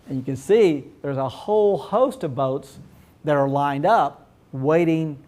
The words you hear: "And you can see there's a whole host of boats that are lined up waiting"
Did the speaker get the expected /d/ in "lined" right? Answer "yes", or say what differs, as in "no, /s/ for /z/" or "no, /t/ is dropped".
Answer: yes